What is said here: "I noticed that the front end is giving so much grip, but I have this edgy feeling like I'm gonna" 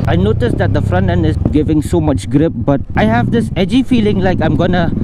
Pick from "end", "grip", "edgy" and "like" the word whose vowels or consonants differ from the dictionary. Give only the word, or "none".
end